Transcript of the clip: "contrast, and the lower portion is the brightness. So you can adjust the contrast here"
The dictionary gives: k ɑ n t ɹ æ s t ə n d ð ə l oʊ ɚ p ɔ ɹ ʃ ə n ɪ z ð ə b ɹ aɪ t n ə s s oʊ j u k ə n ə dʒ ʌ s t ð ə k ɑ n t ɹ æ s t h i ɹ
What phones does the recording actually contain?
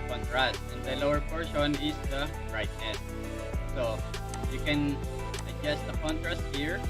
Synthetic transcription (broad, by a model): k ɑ n t ɹ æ s t ə n d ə l oʊ ɚ p ɔ ɹ ʃ ə n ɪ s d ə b ɹ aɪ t ə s s oʊ j u k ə n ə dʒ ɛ s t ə k ɑ n t ɹ æ s t h i ɹ